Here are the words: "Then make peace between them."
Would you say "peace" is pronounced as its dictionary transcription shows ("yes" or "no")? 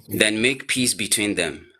yes